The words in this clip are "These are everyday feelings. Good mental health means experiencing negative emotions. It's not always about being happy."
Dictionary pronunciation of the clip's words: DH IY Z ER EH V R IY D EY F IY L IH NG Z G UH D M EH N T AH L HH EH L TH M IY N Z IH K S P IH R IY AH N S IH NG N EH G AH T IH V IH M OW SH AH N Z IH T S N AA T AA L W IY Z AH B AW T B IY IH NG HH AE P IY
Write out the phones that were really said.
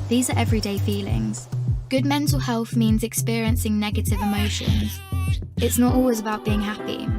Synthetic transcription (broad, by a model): DH IY Z ER EH V R IY D EY F IY L IH NG Z G UH D M EH N T AH L HH EH L TH M IY N Z IH K S P IH R IY AH N S IH NG N EH G AH T IH V IH M OW SH AH N Z IH T S N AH T AA L W IY Z AH B AW T B IY IH NG HH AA P IY